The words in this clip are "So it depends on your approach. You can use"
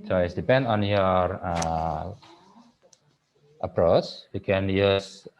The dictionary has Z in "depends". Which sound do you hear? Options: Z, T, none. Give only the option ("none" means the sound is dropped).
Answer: none